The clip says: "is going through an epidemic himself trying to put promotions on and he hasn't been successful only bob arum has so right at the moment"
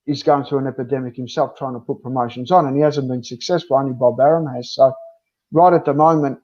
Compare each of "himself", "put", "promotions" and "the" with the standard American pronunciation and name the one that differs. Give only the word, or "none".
none